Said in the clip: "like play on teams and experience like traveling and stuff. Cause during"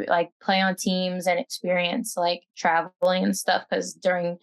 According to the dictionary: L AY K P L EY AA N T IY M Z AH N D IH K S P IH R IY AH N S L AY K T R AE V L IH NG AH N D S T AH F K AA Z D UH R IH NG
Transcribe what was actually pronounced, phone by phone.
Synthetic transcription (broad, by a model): L AY K P L EY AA N T IY M Z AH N IH K S P IH R IY AH N S L AY K T R AE V L IH NG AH N S T AH F K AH Z D UH R IH NG